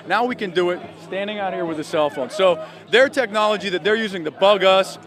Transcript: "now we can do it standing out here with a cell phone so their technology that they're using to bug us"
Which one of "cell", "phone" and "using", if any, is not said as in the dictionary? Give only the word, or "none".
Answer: none